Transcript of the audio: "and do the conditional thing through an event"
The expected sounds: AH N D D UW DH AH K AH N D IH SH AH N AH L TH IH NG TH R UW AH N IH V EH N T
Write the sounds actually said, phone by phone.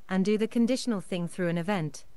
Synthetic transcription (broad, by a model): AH N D D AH DH AH K AH N D IH SH AH N AH L TH IH NG TH R UW AH N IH V EH N T